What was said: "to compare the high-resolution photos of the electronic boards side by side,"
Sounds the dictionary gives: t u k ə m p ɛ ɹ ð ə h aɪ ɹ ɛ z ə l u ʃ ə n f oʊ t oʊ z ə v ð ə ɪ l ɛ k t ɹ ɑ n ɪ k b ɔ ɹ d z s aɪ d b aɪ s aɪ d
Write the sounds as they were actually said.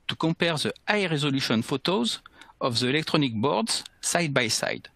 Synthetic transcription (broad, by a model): t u k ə p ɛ ɹ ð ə aɪ ɹ ɛ z ə l u ʃ ə n f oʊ t oʊ z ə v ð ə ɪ l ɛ k t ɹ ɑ n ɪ k b ɔ ɹ d z s aɪ d b aɪ s aɪ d